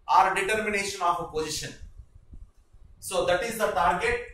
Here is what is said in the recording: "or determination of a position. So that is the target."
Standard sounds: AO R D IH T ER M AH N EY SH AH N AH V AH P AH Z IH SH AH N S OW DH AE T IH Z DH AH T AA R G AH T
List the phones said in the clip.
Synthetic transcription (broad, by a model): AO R D IH T ER M AH N EY SH AH N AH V AH P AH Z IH SH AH N S OW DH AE T IH Z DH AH T AA R G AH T